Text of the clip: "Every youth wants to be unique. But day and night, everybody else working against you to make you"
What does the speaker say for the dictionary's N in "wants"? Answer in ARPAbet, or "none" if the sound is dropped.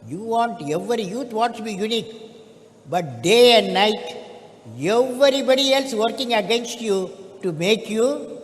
none